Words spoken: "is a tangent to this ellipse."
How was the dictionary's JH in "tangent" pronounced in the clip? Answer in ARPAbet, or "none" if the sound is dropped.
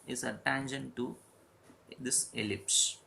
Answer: SH